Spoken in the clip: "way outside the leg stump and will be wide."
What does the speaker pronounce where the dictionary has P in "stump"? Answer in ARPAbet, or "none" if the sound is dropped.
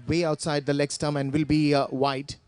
none